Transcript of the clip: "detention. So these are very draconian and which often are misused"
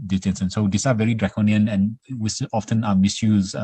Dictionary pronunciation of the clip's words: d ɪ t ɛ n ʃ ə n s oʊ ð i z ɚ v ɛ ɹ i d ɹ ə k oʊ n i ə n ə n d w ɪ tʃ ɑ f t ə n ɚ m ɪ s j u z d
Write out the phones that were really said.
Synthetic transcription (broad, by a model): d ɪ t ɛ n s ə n s oʊ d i s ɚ v ɛ ɹ i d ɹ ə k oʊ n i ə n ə n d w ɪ s ɑ f t ə n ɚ m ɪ s j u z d